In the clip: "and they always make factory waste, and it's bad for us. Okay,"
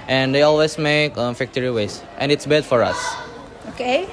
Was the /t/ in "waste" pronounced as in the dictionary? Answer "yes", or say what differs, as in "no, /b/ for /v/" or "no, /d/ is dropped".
yes